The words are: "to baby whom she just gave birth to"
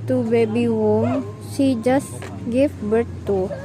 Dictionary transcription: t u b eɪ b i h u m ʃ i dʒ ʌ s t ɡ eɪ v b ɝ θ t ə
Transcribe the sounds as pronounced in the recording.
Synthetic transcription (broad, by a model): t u b eɪ b i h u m s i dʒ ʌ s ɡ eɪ f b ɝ t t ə